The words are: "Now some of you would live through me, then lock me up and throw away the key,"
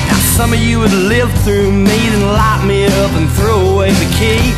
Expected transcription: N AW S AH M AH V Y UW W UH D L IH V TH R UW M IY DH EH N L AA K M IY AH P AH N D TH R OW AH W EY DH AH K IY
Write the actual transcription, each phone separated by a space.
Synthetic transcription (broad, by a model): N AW S AH M AH V Y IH W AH D L IH V TH R UW M IY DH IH N L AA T M IY AH P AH N TH R OW AH W EY DH AH K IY